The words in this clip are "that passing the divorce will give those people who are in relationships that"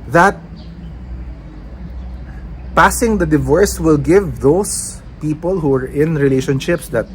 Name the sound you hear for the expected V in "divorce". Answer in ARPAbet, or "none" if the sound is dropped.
V